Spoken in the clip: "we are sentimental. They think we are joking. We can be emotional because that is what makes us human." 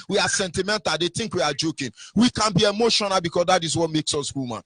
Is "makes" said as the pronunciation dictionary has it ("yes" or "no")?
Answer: yes